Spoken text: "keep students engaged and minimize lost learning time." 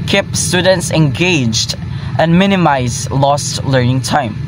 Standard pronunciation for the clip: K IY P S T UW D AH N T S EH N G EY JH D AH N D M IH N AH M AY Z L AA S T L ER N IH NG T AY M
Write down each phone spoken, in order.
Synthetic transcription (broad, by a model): K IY P S T UW D AH N T S EH N G EY JH D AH N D M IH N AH M AY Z L AA S T L ER N IH NG T AY M